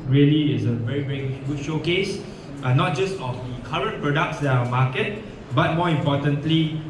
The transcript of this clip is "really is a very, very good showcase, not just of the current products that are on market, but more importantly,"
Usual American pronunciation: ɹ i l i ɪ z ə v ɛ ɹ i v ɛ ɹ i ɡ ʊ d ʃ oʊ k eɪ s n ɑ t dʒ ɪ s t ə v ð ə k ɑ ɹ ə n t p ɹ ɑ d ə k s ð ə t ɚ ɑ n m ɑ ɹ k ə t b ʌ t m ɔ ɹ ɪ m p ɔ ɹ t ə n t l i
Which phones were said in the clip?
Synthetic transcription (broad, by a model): ɹ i l i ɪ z ə v ɛ ɹ i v ɛ ɹ i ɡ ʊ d ʃ oʊ k eɪ s n ɑ t dʒ ɪ s t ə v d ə k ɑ ɹ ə n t p ɹ ɑ d ə k s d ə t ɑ m ɑ k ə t b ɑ t m ɔ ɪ m p ɔ t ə n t l i